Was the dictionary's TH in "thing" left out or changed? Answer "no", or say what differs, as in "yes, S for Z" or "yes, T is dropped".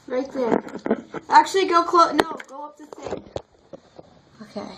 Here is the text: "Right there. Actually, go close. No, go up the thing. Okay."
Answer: yes, S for TH